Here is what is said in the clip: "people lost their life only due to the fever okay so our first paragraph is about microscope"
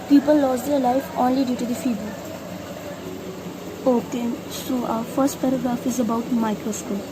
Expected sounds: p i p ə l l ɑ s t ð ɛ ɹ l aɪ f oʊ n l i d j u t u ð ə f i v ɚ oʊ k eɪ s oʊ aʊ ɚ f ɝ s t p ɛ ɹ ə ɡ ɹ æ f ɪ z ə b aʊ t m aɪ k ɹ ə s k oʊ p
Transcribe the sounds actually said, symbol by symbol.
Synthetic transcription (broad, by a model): p i p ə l l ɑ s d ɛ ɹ l aɪ f oʊ n l i d j u t u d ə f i b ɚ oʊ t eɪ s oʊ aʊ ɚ f ɝ s t p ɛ ɹ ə ɡ ɹ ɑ f ɪ z ə b aʊ t m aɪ k ɹ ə s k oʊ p